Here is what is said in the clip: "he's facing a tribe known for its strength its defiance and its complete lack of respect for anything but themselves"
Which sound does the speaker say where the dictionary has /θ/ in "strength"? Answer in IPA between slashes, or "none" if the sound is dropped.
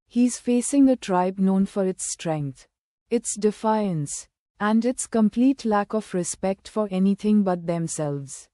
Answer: /t/